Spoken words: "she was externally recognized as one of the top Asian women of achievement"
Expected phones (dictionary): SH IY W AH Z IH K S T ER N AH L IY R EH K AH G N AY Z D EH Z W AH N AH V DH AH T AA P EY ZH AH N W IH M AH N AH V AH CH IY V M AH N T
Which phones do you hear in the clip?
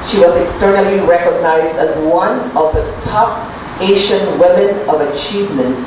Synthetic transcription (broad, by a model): SH IY W AH Z IH K S T ER N AH L IY R EH K AH G N AY Z D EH Z W AH N AH V DH AH T AA P EY SH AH N W IH M AH N AH V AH CH IY V M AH N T